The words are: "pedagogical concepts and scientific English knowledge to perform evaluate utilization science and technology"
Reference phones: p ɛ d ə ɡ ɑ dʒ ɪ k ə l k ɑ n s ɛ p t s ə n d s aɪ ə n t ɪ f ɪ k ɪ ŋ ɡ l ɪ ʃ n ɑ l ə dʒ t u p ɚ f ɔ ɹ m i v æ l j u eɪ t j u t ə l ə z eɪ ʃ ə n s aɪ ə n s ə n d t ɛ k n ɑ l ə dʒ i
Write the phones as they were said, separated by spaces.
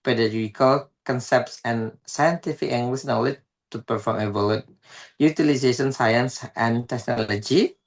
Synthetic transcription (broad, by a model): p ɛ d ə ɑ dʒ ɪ k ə l k ɑ n s ɛ p t s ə n s aɪ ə n t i f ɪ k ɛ ŋ ɡ l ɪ s n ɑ l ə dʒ t u p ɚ f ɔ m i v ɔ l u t j u t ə l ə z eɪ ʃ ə n s aɪ ə n s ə n t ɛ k n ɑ l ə dʒ i